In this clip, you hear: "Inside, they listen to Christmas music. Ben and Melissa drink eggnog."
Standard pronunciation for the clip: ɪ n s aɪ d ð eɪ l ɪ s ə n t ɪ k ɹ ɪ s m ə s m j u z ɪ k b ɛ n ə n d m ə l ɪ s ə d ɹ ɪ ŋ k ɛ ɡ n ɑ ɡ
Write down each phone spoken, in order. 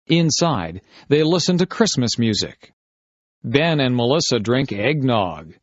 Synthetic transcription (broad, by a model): ɪ n s aɪ d ð eɪ l ɪ s ə n t ɪ k ɹ ɪ s m ə s m j u z ɪ k b ɛ n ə n m ə l ɪ s ə d ɹ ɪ ŋ k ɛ ɡ n ɑ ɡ